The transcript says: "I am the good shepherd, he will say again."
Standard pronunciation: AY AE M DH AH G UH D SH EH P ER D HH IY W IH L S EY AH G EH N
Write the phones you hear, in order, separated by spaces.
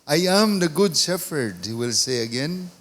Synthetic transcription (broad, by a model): AY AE M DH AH G UH D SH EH F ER D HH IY W IH L S EY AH G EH N